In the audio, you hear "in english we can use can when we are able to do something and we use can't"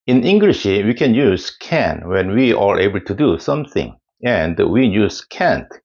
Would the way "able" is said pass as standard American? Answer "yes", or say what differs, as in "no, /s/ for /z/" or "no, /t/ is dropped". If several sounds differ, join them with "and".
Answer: yes